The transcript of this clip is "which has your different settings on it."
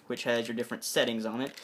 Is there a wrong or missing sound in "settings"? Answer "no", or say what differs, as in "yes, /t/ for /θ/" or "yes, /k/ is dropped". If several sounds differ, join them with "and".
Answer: no